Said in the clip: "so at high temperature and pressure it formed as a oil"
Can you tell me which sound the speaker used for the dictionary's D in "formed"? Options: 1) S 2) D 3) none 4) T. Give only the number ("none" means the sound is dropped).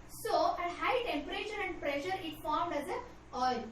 2